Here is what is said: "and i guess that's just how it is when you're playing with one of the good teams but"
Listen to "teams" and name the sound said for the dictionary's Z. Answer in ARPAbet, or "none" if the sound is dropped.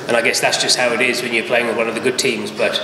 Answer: Z